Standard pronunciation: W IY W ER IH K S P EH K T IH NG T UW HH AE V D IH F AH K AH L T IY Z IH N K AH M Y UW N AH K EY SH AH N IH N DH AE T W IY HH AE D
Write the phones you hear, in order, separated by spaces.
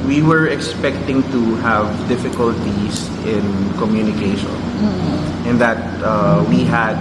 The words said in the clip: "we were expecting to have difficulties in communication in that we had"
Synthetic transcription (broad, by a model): W IY W ER IH K S P EH K T IH NG T UW HH AE V D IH F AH K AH L T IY S IH N K AH M Y UW N AH K EY SH AH N IH N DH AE T W IY HH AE D